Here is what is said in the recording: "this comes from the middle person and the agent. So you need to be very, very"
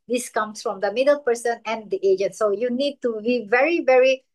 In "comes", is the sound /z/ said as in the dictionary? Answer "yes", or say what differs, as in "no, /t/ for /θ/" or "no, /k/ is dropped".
no, /s/ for /z/